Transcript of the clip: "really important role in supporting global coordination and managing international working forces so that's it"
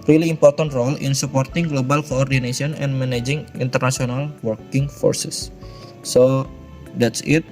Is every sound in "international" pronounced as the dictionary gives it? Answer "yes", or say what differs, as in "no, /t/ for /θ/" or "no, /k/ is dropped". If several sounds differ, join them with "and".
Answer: no, /s/ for /ʃ/